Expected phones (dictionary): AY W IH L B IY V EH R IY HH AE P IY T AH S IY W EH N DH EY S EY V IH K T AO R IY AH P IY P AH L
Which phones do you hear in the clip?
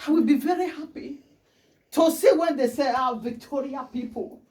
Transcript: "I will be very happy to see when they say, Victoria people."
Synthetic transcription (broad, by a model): AY W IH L B IY V EH R IY HH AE P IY T AH S IY W EH N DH EY S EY V IH K T AO R IY AH P IY P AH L